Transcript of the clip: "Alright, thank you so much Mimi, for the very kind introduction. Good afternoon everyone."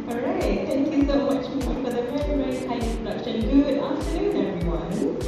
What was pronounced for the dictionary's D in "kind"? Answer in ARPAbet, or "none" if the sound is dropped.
none